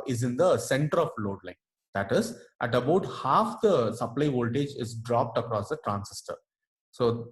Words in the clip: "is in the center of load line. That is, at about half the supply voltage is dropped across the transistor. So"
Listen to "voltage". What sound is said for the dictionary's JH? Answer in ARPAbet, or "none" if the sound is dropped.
JH